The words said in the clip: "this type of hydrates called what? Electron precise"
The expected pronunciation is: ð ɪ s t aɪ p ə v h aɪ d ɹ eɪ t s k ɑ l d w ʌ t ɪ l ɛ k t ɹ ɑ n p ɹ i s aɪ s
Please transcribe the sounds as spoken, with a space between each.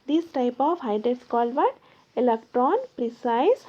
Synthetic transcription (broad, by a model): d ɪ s t aɪ p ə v h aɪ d eɪ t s k ɑ l d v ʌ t ɪ l ɛ k t ɹ ɑ n p ɹ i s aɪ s